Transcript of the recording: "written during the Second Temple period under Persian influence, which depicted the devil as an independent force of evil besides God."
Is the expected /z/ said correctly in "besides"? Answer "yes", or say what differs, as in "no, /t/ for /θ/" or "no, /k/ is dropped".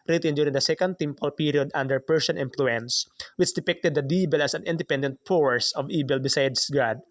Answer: no, /s/ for /z/